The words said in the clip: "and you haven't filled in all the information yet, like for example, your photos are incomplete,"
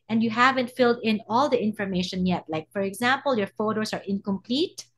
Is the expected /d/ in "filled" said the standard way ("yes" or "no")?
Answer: yes